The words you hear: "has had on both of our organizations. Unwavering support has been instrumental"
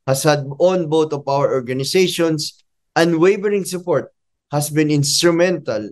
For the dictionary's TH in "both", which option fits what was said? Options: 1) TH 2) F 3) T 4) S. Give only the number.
3